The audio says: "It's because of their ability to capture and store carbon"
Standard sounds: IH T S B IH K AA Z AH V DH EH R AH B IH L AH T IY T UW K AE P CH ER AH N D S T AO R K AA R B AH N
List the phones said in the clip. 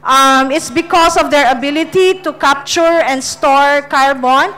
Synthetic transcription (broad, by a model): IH T S B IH K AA S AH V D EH R AH B IH L AH T IY T UW K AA P CH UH AH N D S T AO R K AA R B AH N